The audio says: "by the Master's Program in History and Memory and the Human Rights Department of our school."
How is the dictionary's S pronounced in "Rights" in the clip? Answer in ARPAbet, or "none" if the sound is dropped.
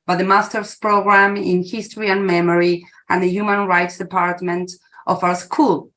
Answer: S